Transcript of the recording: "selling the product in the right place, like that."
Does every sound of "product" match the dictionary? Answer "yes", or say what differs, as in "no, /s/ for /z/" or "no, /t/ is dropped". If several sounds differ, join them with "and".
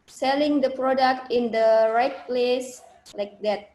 yes